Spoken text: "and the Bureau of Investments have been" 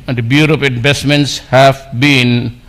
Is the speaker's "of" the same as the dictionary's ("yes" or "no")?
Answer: no